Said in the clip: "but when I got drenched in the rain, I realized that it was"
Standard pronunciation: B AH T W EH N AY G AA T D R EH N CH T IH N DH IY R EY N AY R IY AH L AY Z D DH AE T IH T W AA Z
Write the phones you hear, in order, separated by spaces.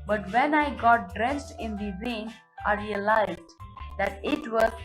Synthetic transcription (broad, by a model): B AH T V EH N AY G AA T D R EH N S T IH N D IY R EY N AY R IY AH L AY Z D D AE T IH T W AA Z